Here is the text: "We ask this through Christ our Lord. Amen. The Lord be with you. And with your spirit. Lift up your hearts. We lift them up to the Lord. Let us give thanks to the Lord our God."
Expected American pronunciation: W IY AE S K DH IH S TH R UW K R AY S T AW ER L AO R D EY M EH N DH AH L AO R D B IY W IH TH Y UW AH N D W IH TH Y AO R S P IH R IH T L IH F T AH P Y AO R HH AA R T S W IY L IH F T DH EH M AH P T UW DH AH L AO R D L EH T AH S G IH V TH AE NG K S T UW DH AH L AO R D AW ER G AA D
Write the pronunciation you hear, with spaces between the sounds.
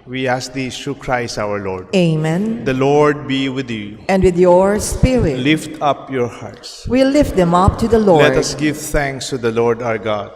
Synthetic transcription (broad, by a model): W IY AE S K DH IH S T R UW K R AY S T AW ER L AO R D EY M EH N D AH L AO R D B IY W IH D Y UW AH N D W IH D Y AO R S P IH R IH T L IH F T AH P Y AO R HH AA R T S W IY L IH F T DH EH M AH P T UW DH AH L AO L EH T AH S G IH V T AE NG K S T UW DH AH L AO R D AW ER G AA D